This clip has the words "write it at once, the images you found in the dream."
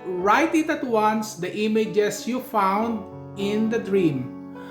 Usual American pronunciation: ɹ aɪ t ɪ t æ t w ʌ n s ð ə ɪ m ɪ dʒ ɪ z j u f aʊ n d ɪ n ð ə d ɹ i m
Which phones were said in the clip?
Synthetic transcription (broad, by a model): ɹ aɪ t ɪ t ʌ t w ʌ n s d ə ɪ m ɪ dʒ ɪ s j u f aʊ n d ɪ n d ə d ɹ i m